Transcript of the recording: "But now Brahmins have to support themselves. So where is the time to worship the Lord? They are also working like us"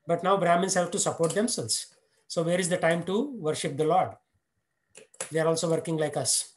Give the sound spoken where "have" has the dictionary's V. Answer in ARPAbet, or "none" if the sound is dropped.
P